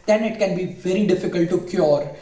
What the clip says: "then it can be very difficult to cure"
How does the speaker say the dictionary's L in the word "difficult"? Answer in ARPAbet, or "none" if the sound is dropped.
L